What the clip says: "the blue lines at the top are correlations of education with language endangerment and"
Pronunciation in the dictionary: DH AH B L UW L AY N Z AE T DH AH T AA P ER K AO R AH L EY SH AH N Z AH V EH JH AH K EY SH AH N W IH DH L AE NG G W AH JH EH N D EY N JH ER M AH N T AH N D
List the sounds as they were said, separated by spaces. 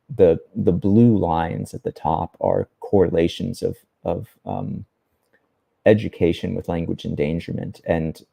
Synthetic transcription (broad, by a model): DH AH B L UW L AY N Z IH T DH AH T AA P ER K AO R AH L EY SH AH N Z AH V EH JH AH K EY SH AH N W IH DH L AE NG G W AH JH EH N D EY N JH ER M AH N T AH N